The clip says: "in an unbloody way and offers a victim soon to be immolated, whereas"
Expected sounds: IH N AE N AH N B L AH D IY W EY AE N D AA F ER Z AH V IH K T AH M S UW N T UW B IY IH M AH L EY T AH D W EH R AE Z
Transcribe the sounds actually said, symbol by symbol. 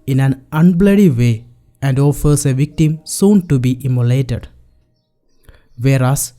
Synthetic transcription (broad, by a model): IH N AE N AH N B L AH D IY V EY AE N D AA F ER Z AH V IH K T AH M S UW N T UW B IY IH M AH L EY T AH D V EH R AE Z